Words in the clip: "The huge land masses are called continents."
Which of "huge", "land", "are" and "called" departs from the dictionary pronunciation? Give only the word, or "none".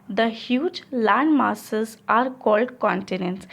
none